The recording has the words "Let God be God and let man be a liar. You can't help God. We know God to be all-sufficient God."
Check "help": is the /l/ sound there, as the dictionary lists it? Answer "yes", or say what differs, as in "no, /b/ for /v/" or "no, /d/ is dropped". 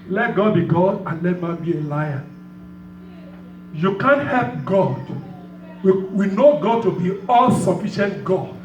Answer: yes